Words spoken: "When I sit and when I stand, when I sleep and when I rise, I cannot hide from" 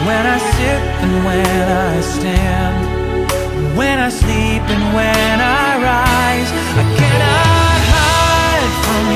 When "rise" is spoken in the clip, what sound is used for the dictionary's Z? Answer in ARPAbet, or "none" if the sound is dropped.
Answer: Z